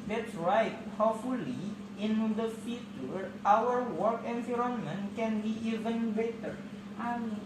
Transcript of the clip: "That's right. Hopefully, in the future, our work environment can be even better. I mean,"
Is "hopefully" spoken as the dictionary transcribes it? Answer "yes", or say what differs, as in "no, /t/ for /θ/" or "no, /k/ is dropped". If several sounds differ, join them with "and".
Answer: no, /p/ is dropped